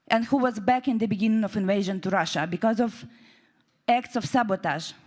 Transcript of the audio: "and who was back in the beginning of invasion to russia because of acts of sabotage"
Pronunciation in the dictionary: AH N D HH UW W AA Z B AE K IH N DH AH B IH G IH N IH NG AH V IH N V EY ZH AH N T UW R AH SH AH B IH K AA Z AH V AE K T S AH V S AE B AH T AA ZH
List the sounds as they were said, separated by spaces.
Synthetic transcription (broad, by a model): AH N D HH UW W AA Z B AE K IH N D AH B IH G IH N IH NG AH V IH N V EY ZH AH N T UW R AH SH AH B IH K AA Z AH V AE K T S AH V S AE B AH T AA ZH